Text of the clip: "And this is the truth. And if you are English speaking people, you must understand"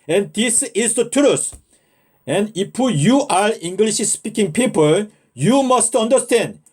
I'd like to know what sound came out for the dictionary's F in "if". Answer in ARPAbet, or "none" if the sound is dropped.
P